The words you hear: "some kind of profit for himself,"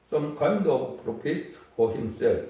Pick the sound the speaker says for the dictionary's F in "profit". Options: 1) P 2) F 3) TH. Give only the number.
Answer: 1